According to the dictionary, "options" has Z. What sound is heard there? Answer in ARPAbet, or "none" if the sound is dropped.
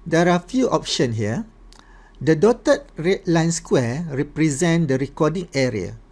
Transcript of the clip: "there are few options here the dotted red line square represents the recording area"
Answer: none